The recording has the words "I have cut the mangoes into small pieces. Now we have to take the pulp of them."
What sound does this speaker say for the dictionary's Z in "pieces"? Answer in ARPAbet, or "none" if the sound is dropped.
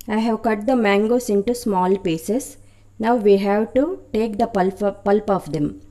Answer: S